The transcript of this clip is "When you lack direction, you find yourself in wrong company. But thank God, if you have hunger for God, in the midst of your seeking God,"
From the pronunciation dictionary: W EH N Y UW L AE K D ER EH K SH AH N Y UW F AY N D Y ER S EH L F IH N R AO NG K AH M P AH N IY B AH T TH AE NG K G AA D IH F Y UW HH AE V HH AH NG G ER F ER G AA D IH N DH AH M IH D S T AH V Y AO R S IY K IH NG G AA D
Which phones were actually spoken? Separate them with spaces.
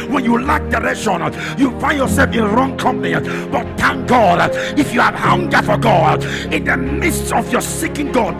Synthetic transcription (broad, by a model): W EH N Y UW L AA K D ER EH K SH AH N Y UW F AY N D Y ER S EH L F IH N R AO NG K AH M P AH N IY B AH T T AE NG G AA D IH F Y UW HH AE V HH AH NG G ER F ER G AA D IH N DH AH M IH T S T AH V Y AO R S IY K IH NG G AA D